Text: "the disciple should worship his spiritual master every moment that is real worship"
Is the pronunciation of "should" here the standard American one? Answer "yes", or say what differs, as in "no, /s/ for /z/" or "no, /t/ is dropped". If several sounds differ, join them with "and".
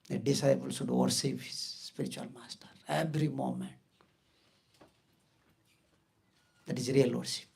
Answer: no, /s/ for /ʃ/